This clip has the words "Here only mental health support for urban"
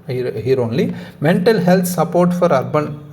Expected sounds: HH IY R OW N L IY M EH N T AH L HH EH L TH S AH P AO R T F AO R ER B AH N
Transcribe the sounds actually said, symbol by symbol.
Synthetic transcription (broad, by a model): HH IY R OW N L IY M EH N T AH L HH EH L T S AH P AO R T F AO R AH B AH N